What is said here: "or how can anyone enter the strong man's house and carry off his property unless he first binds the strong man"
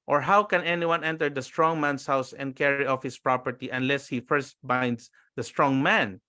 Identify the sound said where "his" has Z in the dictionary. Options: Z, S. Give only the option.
S